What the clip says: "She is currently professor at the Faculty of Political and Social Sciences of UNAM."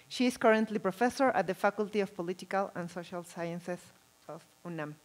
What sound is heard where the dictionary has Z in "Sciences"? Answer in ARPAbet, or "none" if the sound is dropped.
S